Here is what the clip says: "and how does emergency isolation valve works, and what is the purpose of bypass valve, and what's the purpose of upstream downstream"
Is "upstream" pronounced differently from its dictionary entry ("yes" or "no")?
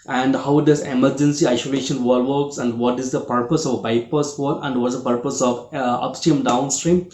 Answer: yes